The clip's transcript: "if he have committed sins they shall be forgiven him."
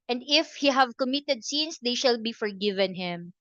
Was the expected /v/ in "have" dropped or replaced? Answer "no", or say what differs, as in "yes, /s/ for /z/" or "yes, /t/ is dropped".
no